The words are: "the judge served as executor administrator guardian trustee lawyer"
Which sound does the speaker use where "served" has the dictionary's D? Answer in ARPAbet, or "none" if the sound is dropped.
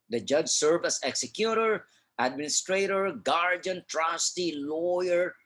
none